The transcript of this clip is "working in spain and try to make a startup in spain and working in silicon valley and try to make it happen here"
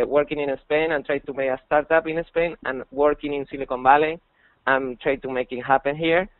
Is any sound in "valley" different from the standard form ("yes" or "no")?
yes